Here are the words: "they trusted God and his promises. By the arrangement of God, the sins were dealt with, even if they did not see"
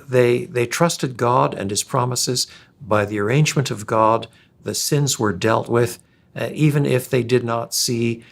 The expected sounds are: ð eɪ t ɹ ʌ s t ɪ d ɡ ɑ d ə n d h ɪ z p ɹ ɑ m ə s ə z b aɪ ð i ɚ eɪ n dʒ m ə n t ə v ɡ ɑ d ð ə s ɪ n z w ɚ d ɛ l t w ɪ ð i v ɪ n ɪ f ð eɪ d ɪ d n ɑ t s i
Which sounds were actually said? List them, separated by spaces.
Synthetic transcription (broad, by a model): ð eɪ t ɹ ʌ s t ɪ d ɡ ɑ d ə n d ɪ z p ɹ ɑ m ə s ə z b aɪ ð i ɚ eɪ n dʒ m ə n t ə v ɡ ɑ d ð ə s ɪ n z w ɚ d ɛ l t w ɪ ð i v ɪ n ɪ f ð eɪ d ɪ d n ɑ t s i